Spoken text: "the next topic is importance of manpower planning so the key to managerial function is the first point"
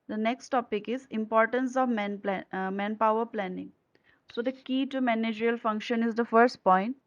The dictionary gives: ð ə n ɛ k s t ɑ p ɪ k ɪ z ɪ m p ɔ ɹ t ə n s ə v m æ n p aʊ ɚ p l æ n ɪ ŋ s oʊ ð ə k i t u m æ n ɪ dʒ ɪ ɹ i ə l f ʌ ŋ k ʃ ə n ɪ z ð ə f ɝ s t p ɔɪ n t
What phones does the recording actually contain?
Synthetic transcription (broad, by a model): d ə n ɛ k s t ɑ p ɪ k ɪ z ɪ m p ɔ ɹ t ə n s ə v m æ n p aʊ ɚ p l æ n ɪ ŋ s oʊ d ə k i t u m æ n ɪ dʒ ɹ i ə l f ʌ ŋ k ʃ ə n ɪ z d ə f ɝ s t p ɔɪ n t